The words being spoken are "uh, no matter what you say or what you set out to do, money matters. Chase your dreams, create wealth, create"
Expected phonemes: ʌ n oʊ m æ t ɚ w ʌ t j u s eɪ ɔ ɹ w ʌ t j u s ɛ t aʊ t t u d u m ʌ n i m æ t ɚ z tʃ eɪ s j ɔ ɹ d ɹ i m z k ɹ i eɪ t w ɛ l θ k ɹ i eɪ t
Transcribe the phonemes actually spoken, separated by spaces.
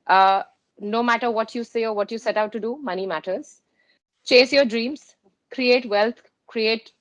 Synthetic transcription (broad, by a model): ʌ n oʊ m æ t ɚ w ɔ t j u s eɪ ɔ ɹ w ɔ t j u s ɛ t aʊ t t u d u m ʌ n i m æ t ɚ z tʃ eɪ s j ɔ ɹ d ɹ i m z k ɹ i eɪ t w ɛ l t k ɹ i eɪ t